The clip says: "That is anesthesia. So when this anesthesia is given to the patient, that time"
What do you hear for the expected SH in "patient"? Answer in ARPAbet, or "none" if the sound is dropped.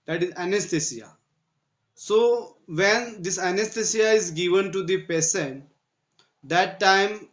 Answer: S